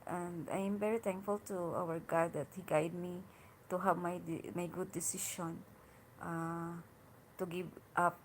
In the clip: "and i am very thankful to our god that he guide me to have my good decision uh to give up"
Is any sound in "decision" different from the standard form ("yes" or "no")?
yes